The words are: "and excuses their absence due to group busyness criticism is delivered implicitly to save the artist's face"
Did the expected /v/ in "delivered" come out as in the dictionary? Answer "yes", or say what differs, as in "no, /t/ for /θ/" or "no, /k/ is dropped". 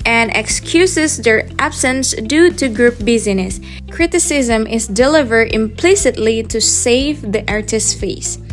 yes